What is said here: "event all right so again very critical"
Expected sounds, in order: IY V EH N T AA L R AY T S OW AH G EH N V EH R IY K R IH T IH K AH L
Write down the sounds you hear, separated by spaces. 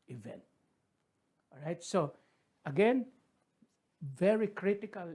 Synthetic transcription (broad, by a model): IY V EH N T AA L R AY T S OW AH G EH N V EH R IY K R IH T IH K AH L